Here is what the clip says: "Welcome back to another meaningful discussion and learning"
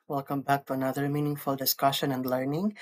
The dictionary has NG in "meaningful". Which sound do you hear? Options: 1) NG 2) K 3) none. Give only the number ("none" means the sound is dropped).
1